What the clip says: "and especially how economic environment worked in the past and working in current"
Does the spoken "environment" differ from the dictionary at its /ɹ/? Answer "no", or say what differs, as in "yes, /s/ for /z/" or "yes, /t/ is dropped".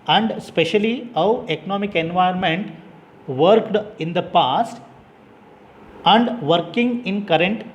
yes, /ɹ/ is dropped